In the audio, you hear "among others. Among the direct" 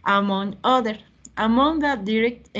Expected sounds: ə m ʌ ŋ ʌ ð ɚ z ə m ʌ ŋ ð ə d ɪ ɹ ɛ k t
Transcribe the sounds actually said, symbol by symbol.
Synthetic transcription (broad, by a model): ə m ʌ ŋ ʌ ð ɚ ə m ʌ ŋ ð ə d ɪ ɹ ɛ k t